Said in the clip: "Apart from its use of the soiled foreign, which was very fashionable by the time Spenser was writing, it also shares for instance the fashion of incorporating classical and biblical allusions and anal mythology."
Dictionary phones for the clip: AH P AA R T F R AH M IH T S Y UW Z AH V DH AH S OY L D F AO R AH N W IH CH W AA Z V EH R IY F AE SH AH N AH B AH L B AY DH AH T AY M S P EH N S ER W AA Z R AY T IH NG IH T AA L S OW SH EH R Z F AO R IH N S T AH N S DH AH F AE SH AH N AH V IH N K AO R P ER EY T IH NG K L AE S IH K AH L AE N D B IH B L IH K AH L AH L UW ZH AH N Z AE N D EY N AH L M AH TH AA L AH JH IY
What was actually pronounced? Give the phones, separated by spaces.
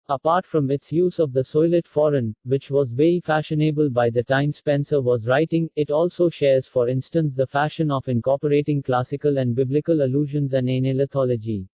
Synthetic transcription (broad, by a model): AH P AA R T F R AH M IH T S Y UW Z AH V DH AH S OY L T F AO R AH N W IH CH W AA Z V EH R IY F AE SH AH N AH B AH L B AY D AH T AY M S P EH N S ER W AA Z R AY T IH NG IH T AA L S OW SH EH R Z F AO R IH N S T AH N S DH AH F AE SH AH N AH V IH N K AO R P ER EY T IH NG K L AE S IH K AH L AE N D B IH B L IH K AH L AH L UW ZH AH N Z AE N D EY N AH L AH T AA L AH JH IY